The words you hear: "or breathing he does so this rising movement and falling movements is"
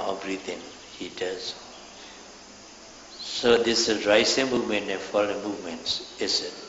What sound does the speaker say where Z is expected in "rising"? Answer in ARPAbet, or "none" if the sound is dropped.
S